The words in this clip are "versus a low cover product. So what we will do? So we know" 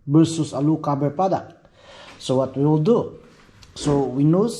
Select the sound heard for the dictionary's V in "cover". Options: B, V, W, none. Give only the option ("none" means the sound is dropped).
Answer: B